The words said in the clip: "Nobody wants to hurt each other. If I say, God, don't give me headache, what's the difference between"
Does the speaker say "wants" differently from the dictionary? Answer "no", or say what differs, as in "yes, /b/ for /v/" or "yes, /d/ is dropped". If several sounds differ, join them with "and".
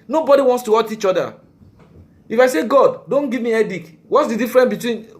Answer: no